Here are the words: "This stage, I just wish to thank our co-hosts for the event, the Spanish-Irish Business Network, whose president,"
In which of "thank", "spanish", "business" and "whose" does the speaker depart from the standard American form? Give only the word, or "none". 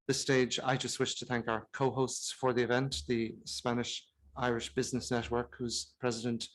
none